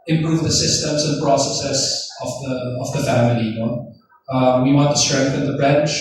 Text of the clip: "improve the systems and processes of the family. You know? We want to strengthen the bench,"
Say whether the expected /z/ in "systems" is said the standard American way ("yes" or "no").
yes